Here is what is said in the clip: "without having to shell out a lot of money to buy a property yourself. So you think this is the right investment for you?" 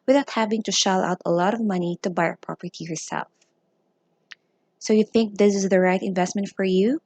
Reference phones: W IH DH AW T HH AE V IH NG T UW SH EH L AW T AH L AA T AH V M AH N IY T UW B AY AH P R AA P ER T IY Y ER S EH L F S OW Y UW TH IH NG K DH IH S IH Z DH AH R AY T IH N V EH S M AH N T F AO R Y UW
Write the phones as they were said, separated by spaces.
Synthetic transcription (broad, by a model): W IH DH AW T HH AE V IH NG T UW SH EH L AW T AH L AA T AH V M AH N IY T UW B AY AH P R AA P ER T IY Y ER S EH L F S OW Y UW TH IH NG K DH IH S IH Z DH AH R AY T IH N V EH S M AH N T F AO R Y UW